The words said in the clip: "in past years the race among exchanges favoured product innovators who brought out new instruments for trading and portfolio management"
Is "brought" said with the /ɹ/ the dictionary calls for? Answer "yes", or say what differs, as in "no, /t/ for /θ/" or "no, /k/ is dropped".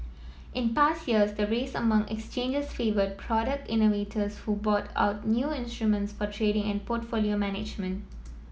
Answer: no, /ɹ/ is dropped